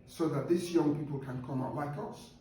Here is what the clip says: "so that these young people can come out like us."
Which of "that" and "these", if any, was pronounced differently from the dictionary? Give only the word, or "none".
these